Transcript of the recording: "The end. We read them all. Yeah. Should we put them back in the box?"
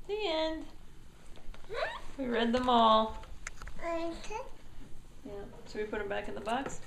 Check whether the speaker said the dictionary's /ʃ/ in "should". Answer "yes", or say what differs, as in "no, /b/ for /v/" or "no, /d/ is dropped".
no, /s/ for /ʃ/